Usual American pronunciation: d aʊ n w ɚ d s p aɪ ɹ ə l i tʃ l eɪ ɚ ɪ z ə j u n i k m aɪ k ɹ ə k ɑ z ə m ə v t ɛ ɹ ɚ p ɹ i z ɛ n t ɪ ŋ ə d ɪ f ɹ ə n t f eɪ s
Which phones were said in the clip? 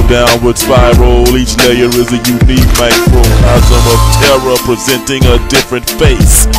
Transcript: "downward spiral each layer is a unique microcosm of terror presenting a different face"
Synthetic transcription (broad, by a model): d aʊ n w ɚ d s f aɪ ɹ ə l i tʃ l eɪ ɚ ɪ z ə j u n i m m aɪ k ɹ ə ɑ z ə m ə v t ɛ ɹ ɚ p ɹ i z ɛ n t ɪ ŋ ə d ɪ f ɹ ə n t f eɪ s